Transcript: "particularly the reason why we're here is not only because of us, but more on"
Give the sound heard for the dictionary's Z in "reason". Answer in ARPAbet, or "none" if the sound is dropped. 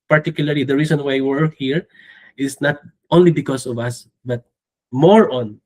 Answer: S